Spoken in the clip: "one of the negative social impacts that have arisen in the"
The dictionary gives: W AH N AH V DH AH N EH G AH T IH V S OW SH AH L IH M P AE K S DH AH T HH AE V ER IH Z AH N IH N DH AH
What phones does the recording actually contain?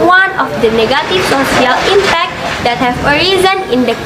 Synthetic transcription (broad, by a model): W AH N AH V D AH N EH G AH T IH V S OW S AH L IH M P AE K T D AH T HH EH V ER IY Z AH N IH N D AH